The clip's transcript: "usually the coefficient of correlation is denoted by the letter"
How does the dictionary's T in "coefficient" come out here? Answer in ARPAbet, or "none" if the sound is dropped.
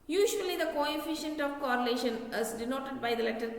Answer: T